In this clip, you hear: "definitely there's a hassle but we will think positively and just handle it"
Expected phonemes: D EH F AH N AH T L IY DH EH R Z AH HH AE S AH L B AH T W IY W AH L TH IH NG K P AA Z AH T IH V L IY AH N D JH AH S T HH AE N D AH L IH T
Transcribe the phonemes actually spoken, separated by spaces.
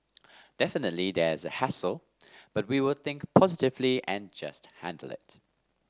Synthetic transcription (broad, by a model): D EH F AH N AH T L IY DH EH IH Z AH HH AE S AH L B AH T W IY W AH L TH IH NG K P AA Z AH T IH V L IY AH N JH AH S T HH AE N D AH L IH T